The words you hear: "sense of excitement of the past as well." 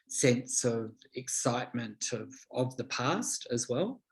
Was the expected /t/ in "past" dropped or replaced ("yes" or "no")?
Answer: no